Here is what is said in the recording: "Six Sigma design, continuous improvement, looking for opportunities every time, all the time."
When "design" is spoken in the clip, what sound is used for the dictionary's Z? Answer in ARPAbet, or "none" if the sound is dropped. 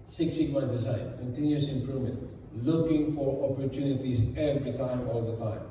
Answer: S